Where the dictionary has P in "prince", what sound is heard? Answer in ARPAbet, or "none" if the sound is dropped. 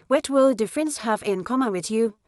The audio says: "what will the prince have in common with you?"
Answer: F